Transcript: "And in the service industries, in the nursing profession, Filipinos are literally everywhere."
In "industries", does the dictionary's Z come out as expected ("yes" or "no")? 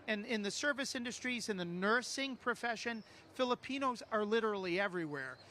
yes